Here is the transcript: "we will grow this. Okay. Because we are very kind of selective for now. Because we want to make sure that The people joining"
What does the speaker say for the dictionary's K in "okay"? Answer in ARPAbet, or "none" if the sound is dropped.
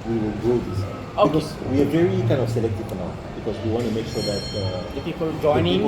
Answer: none